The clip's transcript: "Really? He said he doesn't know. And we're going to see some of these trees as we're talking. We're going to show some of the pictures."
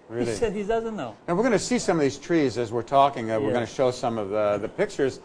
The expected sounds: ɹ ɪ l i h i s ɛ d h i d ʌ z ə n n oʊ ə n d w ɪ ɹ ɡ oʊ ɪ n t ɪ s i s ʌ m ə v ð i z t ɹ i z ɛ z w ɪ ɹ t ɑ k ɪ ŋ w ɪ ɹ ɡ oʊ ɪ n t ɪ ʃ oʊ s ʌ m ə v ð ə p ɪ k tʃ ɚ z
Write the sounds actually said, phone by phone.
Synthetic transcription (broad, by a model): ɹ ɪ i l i s ɛ d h i d ʌ z ə n n oʊ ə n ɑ w ɪ ɹ ɡ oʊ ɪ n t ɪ s i s ʌ m ə v ð i z t ɹ i z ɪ z w ɪ ɹ t ɑ k ɪ ŋ w ɪ ɹ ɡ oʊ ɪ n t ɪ ʃ oʊ s ʌ m ə v ð ə p ɪ k tʃ ɚ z